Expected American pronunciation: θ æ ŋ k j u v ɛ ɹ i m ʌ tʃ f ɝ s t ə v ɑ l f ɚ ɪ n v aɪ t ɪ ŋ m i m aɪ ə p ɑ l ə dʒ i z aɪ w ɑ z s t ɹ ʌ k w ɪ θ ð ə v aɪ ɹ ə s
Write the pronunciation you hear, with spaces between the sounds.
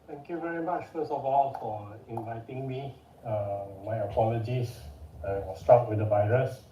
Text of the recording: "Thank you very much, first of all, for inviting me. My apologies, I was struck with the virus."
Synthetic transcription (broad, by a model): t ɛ ŋ k j u v ɛ ɹ i m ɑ tʃ f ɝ s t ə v ɑ l f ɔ ɪ n v aɪ t ɪ ŋ m i m aɪ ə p ɑ l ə dʒ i s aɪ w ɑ s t ɑ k w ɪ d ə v aɪ ɹ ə s